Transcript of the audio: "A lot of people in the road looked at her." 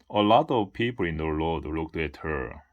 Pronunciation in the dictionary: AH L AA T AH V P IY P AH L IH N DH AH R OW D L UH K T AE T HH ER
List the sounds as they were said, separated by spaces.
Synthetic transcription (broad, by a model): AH L AA T AH V P IY P AH L IH N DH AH L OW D L UH K T AE T HH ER